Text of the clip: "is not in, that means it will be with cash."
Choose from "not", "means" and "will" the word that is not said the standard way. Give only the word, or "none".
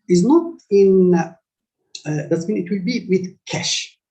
means